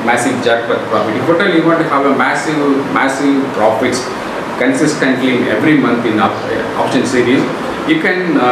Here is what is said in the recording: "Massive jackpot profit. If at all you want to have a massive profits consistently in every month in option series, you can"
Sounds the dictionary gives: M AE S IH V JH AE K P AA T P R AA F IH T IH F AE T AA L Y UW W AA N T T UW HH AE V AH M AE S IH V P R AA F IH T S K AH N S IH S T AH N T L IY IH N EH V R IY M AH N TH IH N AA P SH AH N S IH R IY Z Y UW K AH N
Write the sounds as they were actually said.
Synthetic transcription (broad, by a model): M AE S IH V JH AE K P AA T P R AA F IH T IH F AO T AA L Y UW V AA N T T UW HH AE V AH M AE S IH V P R AA F IH T S K AH N S IH S T AH N T L IY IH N EH V R IY M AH N T IH N AA P SH AH N S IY R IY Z Y UW K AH N